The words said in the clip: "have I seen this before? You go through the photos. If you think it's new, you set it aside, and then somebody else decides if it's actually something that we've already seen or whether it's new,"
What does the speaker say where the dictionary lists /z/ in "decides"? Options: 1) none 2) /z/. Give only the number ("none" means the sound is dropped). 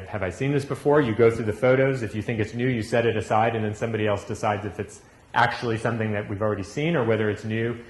2